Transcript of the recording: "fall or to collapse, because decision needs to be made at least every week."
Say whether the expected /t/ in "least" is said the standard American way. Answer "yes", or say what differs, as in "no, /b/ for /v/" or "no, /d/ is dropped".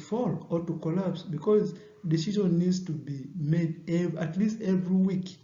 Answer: yes